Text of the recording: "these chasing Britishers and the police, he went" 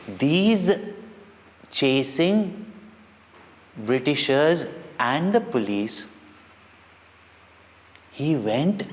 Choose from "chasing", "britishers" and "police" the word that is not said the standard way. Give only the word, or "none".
none